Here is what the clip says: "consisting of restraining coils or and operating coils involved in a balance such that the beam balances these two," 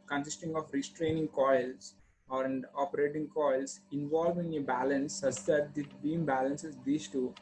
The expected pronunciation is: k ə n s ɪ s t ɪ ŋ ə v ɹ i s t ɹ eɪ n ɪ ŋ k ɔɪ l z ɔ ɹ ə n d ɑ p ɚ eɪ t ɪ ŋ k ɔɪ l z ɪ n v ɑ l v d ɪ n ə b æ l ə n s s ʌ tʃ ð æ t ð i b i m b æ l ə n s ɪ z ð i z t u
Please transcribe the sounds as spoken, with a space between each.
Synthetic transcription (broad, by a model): k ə n s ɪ s t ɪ ŋ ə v ɹ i s t ɹ eɪ n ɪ ŋ k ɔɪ l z ɔ ɹ ə n d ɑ p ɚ eɪ t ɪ ŋ k ɔɪ l s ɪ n v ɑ l v ɪ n ə b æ l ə n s s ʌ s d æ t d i b i m b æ l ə n s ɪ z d i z t u